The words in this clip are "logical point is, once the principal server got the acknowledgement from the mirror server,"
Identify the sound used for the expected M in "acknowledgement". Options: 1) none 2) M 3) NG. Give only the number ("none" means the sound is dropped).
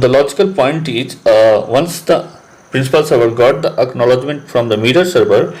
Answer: 2